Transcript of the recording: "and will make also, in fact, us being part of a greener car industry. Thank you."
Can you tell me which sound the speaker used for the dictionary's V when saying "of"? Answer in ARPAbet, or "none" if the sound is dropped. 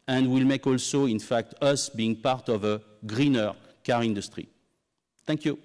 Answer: V